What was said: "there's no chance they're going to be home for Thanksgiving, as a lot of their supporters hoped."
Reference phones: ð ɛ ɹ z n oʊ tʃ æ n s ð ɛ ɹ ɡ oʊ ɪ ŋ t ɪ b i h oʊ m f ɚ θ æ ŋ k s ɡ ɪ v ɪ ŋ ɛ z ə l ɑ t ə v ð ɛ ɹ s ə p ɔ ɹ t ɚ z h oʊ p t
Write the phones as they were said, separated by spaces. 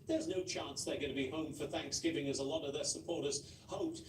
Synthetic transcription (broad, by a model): ð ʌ ɹ z n oʊ tʃ æ n s ð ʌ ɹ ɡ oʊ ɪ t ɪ b i h oʊ m f ɚ θ æ ŋ k s ɡ ɪ v ɪ ŋ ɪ z ə l ɑ t ə v ð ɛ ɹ s ə p ɔ ɹ t ɚ z h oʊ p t